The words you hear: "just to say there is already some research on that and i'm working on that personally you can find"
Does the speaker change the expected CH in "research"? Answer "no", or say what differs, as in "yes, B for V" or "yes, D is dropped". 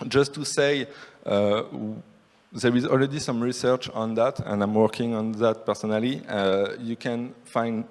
no